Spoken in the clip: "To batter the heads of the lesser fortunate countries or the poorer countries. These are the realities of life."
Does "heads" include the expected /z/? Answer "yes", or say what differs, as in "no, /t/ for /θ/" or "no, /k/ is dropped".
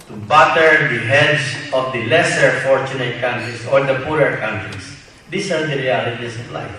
no, /s/ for /z/